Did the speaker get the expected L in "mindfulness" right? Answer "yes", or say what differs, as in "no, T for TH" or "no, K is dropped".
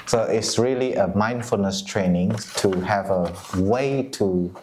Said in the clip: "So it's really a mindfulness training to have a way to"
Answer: yes